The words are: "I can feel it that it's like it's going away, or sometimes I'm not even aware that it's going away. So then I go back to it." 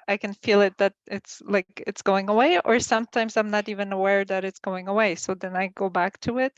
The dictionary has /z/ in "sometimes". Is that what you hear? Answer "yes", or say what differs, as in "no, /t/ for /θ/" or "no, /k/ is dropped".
yes